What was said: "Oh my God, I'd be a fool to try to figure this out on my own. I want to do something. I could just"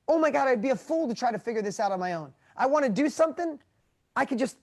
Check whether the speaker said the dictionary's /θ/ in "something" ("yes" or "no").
yes